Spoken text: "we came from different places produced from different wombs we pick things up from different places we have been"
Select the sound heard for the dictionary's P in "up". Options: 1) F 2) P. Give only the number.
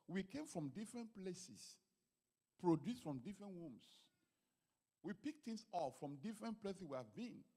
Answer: 1